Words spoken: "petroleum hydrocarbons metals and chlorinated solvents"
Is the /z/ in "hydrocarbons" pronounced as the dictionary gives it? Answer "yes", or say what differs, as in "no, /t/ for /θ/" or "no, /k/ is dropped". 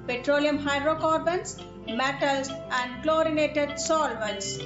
no, /s/ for /z/